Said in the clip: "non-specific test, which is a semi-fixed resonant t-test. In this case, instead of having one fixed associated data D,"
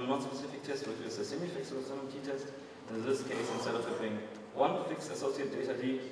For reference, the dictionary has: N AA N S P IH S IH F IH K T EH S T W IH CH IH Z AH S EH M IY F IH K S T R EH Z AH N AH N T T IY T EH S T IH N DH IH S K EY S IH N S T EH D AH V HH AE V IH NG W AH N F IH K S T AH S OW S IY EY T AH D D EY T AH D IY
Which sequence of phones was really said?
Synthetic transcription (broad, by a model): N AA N S P IH S IH F IH K T EH S T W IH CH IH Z AH S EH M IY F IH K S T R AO S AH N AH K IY T EH S T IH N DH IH S K EY S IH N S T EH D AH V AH F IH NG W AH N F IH K S AH S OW S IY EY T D D EY T AH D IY